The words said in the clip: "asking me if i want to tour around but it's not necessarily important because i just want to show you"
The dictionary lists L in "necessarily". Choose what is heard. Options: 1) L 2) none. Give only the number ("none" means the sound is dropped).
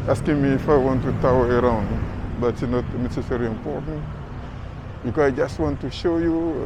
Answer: 2